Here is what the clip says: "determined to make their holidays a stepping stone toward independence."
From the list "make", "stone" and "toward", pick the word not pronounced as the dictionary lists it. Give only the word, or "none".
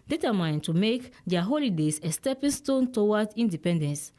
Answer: toward